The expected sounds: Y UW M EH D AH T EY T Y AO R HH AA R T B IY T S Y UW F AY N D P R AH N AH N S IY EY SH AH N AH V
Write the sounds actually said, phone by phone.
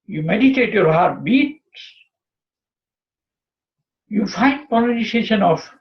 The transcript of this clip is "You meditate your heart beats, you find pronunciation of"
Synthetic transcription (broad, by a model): Y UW M EH D AH T EY T Y AO R HH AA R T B IY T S Y UW F AY N D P AH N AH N IY EY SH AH N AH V